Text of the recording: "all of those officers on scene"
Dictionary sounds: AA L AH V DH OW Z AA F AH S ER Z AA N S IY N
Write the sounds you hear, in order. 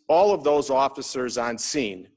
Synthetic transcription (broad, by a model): AA L AH V DH OW Z AA F AH S ER Z AA N S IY N